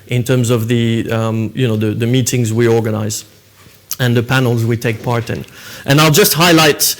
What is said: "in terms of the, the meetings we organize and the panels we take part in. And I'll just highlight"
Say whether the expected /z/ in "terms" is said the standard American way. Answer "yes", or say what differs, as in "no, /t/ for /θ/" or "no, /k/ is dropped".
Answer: yes